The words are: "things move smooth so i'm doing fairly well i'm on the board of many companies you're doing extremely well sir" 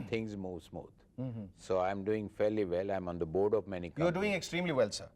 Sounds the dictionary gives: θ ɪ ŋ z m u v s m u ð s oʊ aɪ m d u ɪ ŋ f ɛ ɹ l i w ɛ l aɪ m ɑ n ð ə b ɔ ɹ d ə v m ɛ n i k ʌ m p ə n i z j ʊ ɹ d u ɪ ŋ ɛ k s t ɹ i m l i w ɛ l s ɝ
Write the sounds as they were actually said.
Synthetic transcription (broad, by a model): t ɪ ŋ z m u v s m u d s oʊ aɪ m d u ɪ ŋ f ɛ ɹ l i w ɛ l aɪ m ɑ n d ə b ɔ ɹ d ə v m ɛ n i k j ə i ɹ d u ɪ ŋ ɛ k s t ɹ i m l i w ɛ l s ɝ